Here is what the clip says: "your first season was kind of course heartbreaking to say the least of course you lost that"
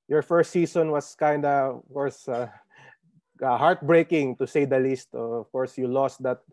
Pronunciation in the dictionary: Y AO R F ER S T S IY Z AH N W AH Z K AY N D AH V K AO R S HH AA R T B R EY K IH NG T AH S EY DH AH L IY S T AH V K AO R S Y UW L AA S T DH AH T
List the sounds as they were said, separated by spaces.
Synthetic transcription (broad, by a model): Y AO R F ER S T S IY S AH N W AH S K AY N D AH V K AO R S HH AA R T B R EY K IH NG T AH S EY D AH L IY S T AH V K AO R S Y UW L AA S T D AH T